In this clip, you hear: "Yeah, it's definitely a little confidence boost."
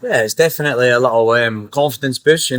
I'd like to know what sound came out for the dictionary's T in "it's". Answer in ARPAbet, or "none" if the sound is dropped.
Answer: T